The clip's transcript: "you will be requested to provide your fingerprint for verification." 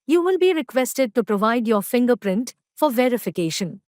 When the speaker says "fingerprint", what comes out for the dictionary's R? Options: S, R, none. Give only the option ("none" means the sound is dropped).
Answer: R